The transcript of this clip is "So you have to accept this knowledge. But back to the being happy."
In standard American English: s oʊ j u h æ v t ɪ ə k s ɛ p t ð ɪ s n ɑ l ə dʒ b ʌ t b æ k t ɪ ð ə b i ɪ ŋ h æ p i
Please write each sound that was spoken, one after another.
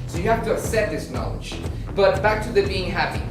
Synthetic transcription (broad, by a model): s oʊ j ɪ h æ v t ɪ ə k s ɛ t ð ɪ s n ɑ l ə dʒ b ʌ t b æ k t ɪ ð ə b i ɪ ŋ h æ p i